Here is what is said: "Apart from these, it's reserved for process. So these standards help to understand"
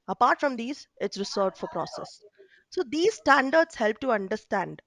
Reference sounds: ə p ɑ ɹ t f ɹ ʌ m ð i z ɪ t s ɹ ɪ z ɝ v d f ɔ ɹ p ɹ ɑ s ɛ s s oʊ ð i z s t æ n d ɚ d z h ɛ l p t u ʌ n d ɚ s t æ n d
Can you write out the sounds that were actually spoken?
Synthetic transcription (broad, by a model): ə p ɑ ɹ t f ɹ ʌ m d i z ɪ t s ɹ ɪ s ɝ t f ɔ ɹ p ɹ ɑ s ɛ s s oʊ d i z s t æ n d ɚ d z h ɛ l p t u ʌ n d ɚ s t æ n d